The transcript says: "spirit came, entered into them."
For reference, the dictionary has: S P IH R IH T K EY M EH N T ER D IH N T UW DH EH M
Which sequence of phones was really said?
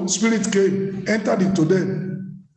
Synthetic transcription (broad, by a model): S P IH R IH T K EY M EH N T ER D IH T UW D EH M